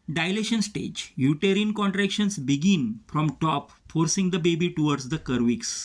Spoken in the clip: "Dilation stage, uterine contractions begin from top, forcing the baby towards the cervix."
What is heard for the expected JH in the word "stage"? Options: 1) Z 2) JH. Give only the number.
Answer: 2